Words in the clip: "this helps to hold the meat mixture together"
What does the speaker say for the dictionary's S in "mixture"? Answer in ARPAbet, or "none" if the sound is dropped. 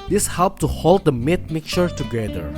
none